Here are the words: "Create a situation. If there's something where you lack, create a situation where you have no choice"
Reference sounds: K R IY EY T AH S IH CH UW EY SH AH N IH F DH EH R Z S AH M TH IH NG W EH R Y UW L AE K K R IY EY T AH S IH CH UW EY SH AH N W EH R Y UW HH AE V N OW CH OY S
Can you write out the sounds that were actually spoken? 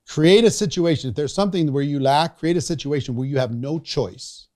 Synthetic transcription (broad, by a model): K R IY EY T AH S IH CH UW EY SH AH N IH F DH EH R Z S AH M TH IH NG W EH R Y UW L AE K K R IY EY T AH S IH CH UW EY SH AH N W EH R Y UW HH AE V N OW CH OY S